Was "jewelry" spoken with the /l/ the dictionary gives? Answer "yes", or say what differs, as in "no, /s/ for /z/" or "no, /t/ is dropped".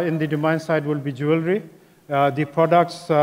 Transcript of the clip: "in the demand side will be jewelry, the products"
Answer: yes